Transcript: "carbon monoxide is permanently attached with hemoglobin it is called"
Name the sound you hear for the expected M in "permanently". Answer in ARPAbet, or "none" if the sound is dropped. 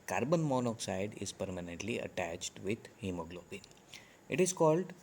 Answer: M